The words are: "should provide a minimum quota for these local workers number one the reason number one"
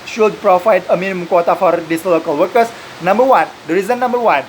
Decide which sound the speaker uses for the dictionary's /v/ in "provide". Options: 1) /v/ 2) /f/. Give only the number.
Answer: 2